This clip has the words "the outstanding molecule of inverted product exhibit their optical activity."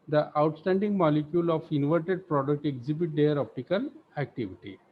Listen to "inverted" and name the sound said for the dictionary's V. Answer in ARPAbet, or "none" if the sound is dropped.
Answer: V